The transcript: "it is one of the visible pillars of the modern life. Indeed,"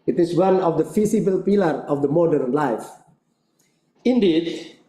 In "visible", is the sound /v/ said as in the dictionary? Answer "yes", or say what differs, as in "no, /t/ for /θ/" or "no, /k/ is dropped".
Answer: no, /f/ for /v/